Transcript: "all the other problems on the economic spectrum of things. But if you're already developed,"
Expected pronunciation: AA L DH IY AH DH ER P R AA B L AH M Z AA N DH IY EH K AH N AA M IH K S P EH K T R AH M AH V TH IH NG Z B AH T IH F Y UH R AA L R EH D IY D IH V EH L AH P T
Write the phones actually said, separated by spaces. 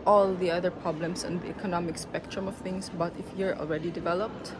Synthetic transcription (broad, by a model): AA L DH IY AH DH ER P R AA B L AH M S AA N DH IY EH K AH N AA M IH K S P EH K T R AH M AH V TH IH NG S B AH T IH F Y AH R AA L R EH D IY D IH V EH L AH P T